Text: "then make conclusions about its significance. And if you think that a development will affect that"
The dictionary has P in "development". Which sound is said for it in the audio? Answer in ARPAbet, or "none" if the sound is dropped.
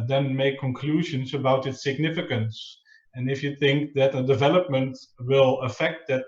P